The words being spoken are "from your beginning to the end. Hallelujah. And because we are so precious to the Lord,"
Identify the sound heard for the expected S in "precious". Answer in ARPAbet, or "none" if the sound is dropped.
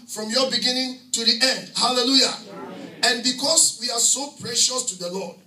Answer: S